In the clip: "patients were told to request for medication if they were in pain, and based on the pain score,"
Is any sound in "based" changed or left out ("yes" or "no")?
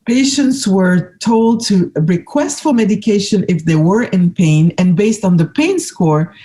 no